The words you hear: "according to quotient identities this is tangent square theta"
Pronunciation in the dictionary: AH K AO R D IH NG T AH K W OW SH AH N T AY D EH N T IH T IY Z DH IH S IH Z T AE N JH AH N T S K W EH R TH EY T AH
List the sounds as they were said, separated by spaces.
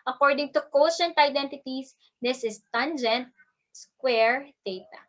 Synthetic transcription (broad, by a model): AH K AO R D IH NG T AH K OW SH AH N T AY D EH N T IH T IY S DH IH S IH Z T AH N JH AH N T S K W EH R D EY T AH